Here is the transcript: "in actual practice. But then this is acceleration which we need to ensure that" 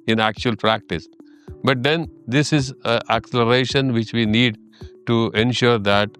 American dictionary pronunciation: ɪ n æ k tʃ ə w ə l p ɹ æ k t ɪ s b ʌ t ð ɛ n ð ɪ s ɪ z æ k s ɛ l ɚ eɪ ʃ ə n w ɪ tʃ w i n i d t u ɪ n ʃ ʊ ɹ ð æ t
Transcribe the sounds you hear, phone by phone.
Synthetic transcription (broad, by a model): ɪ n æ k tʃ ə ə l p ɹ æ k t ɪ s b ʌ t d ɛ n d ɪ s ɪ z æ k s ɛ l ɚ eɪ ʃ ə n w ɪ tʃ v i n i d t u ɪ n ʃ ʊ ɹ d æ t